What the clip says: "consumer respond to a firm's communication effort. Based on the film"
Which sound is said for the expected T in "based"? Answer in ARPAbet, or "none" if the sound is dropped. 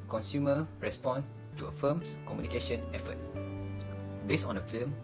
none